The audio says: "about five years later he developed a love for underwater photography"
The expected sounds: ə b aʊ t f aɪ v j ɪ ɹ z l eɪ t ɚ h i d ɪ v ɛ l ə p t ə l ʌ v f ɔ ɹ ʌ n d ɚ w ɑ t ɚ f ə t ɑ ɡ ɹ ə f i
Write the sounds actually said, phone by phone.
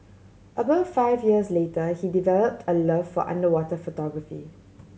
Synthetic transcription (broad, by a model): ə b aʊ t f aɪ v j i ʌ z l eɪ t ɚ h i d ɪ v ɛ l ə p t ə l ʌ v f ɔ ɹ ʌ n d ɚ w ɑ t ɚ f ə t ɑ ɡ ɹ ə f i